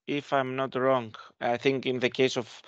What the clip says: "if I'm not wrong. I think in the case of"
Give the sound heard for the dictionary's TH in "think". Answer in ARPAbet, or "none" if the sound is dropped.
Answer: TH